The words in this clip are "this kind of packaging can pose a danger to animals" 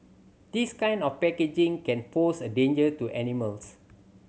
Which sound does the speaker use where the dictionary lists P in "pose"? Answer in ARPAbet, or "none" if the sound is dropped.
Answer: F